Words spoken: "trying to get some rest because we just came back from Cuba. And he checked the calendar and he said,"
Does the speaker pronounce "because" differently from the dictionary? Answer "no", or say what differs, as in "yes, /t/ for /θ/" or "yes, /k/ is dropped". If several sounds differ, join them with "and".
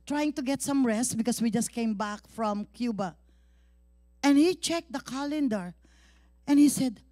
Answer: yes, /s/ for /z/